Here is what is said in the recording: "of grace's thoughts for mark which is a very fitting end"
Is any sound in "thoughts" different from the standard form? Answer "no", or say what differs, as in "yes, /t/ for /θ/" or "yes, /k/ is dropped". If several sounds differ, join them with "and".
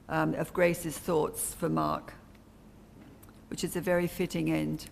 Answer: no